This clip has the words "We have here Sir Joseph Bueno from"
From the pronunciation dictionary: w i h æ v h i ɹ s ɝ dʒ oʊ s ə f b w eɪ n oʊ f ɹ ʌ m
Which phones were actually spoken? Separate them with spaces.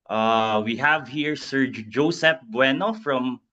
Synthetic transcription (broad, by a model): w i h æ v h i ɹ s ɝ dʒ oʊ s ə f b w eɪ n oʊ f ɹ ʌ m